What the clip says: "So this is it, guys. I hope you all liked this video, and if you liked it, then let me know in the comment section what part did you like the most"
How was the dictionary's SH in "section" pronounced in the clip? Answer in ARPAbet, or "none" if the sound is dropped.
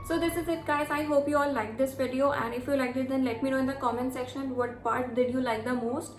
SH